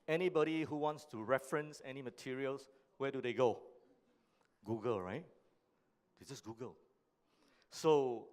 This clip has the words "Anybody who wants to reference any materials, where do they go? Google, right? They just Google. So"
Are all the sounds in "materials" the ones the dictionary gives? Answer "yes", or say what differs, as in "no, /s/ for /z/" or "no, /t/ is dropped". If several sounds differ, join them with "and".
no, /s/ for /z/